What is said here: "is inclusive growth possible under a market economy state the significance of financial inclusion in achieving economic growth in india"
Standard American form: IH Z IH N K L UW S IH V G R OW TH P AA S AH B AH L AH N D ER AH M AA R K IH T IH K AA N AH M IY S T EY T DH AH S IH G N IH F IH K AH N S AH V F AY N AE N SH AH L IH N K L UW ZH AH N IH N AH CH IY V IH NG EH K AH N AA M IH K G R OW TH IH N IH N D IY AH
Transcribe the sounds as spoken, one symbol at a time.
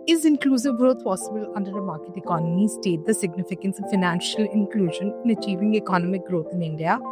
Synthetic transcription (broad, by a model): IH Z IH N K L UW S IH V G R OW T P AA S AH B AH L AH N D ER AH M AA R K IH T IH K AA N AH M IY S T EY T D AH S IH G N IH F IH K AH N S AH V F AY N AE N SH AH L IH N K L UW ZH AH N IH N AH CH IY V IH NG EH K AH N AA M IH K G R OW T IH N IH N D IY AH